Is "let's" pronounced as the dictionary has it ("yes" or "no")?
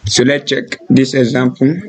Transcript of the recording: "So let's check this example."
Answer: no